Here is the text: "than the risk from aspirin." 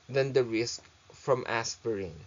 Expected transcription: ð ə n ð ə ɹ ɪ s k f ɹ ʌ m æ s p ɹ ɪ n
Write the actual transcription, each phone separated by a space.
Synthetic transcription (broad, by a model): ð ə n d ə ɹ ɪ s k f ɹ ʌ m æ s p ɹ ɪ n